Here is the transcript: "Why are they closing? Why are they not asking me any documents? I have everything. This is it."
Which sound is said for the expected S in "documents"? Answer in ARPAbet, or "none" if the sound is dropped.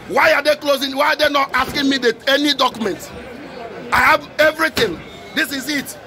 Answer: none